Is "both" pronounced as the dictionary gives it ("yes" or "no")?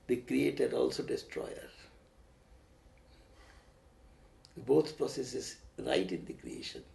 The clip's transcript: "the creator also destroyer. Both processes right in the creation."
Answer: no